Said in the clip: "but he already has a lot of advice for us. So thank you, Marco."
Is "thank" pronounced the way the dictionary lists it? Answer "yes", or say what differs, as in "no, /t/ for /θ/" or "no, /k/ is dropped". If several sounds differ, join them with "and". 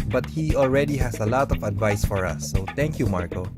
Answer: no, /t/ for /θ/